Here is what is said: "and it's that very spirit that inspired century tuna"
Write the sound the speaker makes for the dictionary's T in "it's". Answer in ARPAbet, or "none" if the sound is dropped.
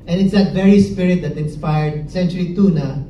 T